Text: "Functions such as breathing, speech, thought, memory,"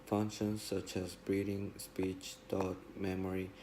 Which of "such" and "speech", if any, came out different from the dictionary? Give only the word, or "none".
none